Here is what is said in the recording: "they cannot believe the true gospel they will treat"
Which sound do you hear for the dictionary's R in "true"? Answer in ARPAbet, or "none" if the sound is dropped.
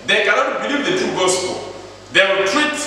none